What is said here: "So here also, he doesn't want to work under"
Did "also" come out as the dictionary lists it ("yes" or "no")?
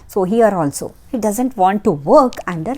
yes